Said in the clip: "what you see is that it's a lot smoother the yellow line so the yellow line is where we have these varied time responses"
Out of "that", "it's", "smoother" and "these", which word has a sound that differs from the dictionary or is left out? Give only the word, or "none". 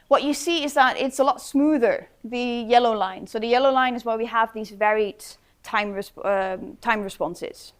none